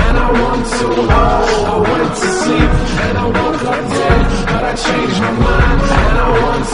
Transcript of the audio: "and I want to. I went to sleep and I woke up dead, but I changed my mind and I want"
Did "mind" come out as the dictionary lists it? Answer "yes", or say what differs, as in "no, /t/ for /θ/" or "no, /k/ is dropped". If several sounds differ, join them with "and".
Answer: no, /d/ is dropped